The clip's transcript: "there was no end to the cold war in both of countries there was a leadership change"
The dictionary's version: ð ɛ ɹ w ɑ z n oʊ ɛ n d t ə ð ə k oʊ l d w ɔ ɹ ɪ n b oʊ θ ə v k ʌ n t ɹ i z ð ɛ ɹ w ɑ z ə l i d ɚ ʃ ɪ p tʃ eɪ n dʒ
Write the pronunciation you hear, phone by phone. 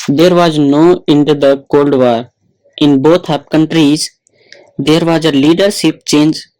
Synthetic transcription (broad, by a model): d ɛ ɹ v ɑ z n oʊ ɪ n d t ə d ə k oʊ l d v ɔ ɹ ɪ n b oʊ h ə p k ʌ n t ɹ i z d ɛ ɹ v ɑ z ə l i d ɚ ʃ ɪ p tʃ eɪ n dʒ